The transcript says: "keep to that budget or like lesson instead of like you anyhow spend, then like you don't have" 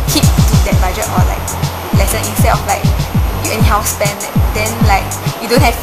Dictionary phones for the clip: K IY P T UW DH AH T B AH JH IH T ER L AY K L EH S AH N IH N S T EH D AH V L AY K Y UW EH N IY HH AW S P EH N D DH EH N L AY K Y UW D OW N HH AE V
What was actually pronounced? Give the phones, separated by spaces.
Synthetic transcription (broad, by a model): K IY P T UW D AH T B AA JH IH T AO L AY K L EH S AH N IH N S T EH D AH F L AY K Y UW EH N IY HH AW S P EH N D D EH N L AY K Y UW D OW N HH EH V